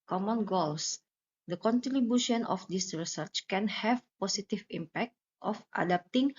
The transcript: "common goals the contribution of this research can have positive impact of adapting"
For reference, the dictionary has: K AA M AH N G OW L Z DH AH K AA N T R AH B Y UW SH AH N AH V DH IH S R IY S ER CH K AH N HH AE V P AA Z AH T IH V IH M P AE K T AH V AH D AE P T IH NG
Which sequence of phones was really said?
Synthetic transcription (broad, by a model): K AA M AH N G OW L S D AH K AA N T R AH B Y UW SH AH N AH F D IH S R IY S ER CH K AH N HH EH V P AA S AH T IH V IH M P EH K T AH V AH D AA P T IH NG